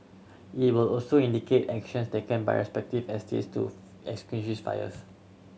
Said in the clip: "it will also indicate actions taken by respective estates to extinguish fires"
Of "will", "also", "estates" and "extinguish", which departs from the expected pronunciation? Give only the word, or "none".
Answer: extinguish